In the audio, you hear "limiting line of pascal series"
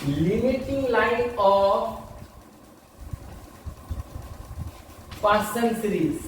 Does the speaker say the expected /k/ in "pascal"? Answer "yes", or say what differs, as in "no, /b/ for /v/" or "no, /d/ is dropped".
no, /k/ is dropped